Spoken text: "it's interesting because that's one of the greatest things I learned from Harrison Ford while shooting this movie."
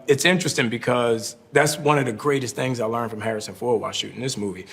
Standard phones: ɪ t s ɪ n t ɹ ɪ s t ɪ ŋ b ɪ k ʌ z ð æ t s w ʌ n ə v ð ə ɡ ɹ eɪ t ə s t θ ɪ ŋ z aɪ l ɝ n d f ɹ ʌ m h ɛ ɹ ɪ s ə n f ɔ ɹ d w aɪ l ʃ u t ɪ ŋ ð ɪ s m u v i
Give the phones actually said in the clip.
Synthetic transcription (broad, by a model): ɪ t s ɪ n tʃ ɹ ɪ s t ɪ ŋ b ɪ k ʌ z ð æ t s w ʌ n ə v ð ə ɡ ɹ eɪ t ə s t θ ɪ ŋ z aɪ l ɝ n f ɹ ʌ m h ɛ ɹ ɪ s ə n f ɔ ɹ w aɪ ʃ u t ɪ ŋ ð ɪ s m u v i